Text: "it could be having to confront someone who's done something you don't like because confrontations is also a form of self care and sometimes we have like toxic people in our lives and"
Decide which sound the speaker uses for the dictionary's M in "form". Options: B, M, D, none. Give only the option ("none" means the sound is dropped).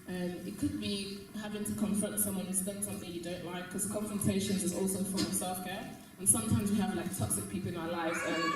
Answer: none